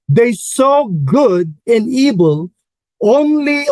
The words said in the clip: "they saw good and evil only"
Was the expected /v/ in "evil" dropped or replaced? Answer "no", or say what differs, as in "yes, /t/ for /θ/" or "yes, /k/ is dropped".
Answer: yes, /b/ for /v/